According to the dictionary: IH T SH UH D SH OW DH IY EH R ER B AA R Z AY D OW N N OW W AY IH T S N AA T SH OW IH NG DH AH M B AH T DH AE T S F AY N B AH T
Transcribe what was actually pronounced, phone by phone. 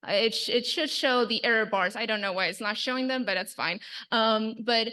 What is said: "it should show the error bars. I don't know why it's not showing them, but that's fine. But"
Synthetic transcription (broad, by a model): IH T SH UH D SH OW DH IY EH R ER B AA R Z AY D OW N N OW W AY IH T S N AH T SH OW IH NG DH AH M B AH T DH AE T S F AY N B AH T